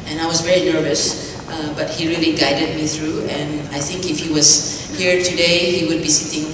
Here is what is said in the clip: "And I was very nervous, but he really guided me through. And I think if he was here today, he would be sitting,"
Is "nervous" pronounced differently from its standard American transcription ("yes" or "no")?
no